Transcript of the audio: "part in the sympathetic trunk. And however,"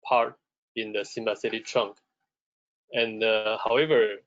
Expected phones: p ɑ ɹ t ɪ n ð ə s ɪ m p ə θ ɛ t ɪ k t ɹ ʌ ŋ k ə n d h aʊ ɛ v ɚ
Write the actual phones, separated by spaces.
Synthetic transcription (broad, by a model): p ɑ ɹ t ɪ n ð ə s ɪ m b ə s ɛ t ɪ t ɹ ʌ ŋ k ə n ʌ h aʊ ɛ v ɚ